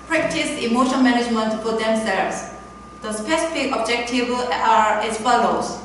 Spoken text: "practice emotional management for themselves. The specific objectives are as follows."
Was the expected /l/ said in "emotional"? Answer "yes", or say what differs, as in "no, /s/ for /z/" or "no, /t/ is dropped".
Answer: no, /n/ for /l/